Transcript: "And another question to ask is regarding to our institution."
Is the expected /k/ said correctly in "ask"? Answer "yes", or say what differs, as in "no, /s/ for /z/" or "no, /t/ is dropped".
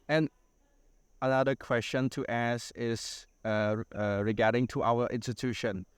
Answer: no, /k/ is dropped